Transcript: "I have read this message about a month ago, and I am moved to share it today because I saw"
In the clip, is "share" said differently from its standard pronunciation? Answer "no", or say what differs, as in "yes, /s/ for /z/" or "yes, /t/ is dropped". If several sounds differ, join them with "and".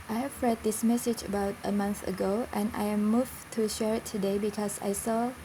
no